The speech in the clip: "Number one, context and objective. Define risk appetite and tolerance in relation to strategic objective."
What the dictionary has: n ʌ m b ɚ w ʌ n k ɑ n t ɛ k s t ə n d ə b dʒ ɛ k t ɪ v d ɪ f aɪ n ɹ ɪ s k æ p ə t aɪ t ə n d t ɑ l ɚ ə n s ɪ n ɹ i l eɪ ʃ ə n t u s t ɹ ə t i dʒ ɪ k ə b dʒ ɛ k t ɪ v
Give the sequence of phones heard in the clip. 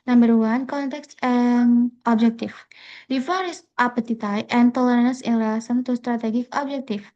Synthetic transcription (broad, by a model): n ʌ m b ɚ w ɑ n k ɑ n t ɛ k s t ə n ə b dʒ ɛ k t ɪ f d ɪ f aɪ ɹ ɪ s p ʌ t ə t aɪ t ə n t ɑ l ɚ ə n ɪ n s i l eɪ s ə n t u s t ɹ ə t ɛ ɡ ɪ k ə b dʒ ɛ k t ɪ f